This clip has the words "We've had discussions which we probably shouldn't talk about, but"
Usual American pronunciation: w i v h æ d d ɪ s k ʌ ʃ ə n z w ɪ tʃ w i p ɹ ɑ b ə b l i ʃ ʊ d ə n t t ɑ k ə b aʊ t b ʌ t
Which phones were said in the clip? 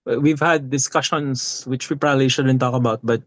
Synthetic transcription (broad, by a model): w i v h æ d d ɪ s k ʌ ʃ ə n s w ɪ tʃ w i p ɹ ɑ b ə b l i ʃ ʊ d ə n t t ɑ k ə b aʊ t b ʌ t